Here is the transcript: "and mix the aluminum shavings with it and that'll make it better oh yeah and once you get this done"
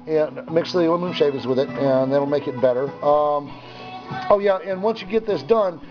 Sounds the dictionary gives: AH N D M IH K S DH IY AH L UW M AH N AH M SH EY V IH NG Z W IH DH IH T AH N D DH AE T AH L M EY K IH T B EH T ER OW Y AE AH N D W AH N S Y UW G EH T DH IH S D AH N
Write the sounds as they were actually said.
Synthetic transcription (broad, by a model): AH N M IH K S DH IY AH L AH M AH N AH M SH EY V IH Z W IH DH IH T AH N DH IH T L M EY K IH T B EH T ER OW Y AE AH N W AH N S Y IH G EH T DH IH S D AH N